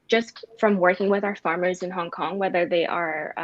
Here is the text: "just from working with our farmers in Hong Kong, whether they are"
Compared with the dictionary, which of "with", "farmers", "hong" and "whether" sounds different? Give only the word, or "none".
none